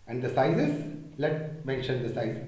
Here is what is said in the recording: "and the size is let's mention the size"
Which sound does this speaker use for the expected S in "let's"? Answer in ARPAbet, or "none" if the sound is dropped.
none